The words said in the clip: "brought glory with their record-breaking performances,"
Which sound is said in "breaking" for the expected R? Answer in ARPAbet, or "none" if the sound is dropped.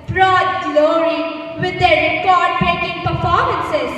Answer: none